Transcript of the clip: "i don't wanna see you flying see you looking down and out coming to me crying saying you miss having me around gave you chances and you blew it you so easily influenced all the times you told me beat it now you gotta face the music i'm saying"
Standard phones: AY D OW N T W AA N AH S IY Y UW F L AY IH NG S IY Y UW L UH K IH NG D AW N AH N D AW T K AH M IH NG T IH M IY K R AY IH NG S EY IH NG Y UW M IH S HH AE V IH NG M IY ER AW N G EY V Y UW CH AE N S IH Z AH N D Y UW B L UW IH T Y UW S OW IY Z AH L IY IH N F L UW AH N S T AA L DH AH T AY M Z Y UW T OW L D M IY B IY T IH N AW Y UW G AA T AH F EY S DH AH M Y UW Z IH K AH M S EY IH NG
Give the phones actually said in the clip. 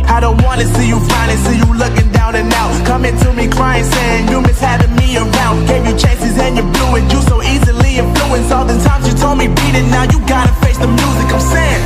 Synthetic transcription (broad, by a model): AY D OW N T W AA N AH S IY Y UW F AY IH S IY Y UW L UH K IH NG D AW N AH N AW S K AH M IH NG T IH M IY K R AY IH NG S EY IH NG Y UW M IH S HH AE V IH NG M IY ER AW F G EY V Y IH CH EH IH S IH Z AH N Y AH B L UW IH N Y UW S OW IY Z AH L IY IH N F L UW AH N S AA L DH AH T AY M Z Y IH T OW L D M IY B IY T IH N AW Y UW G AA T AH F EY S DH AH M Y UW Z IH K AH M S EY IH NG